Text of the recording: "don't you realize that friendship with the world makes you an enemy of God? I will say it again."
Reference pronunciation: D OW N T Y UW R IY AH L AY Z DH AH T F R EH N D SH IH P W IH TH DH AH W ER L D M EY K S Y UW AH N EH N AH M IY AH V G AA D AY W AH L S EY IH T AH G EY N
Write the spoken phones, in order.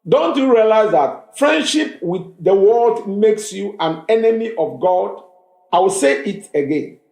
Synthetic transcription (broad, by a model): D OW N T Y UW R IY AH L AY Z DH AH T F R EH N D SH IH P W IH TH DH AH W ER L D M EY K S Y UW AH N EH N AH M IY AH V G AA D AY W AH L S EY IH T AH G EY N